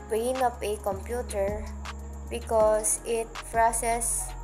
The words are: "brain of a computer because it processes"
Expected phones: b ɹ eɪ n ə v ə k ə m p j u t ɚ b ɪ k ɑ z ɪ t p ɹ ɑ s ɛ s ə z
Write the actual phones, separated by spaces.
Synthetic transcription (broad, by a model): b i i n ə p ə k ə m p j u t ɚ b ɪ k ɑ s ɪ t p ɹ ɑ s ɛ s